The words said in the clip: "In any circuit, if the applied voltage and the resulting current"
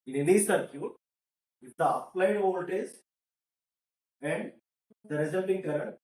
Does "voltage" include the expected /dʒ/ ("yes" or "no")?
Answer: no